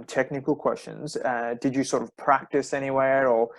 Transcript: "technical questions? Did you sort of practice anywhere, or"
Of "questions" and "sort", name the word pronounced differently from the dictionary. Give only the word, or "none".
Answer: none